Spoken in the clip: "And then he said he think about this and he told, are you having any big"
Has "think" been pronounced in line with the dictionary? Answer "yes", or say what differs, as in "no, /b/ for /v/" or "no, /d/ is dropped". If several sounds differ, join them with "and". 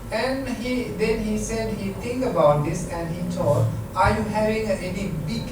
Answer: no, /t/ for /θ/